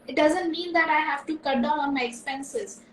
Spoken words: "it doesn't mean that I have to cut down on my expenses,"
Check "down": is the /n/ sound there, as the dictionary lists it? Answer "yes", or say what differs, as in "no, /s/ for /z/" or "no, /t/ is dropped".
no, /n/ is dropped